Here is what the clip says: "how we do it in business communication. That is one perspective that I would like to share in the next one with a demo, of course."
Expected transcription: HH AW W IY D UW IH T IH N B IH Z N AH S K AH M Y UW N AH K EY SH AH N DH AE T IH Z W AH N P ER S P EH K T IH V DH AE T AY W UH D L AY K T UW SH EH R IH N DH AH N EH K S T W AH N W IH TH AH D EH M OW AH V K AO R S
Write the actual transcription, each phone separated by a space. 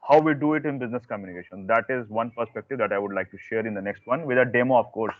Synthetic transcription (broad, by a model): HH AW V IY D UW IH T IH N B IH Z N AH S K AH M Y UW N AH K EY SH AH N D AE T IH Z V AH N P ER S P EH K T IH V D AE T AY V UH D L AY K T UW SH EH R IH N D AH N EH K S T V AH N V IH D AH D EH M OW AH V K AO R S